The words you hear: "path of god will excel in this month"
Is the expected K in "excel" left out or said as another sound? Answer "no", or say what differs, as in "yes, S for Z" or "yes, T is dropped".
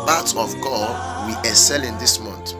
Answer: yes, K is dropped